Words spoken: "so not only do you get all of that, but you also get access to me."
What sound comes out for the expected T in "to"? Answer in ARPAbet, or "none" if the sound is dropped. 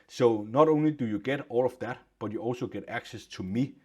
T